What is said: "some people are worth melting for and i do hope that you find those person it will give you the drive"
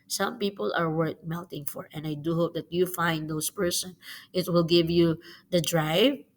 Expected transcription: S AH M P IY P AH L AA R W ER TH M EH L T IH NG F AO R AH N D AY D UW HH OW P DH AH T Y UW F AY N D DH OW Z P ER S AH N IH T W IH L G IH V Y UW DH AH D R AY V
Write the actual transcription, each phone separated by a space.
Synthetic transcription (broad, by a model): S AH M P IY P AH L AA R W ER T M EH L T IH NG F AO R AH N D AY D UW HH OW P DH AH T Y UW F AY N D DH OW S P ER S AH N IH T W IH L G IH V Y UW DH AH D R AY V